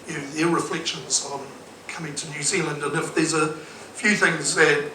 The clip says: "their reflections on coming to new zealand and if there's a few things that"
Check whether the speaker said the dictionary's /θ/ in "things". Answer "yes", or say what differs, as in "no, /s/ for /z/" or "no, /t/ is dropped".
yes